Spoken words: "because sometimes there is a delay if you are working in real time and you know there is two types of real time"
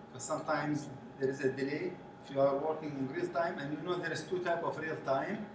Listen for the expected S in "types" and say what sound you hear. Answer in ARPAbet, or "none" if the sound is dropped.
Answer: none